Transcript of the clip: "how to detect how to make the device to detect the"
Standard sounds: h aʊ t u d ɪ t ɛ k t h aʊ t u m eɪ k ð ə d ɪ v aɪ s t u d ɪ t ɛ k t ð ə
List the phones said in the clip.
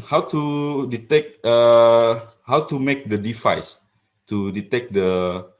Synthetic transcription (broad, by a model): h aʊ t u d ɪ t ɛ k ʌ h aʊ t u m eɪ k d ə d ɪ f aɪ s t u d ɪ t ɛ k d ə